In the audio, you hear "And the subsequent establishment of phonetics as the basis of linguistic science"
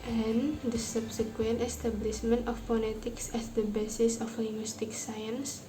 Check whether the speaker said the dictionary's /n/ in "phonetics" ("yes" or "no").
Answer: no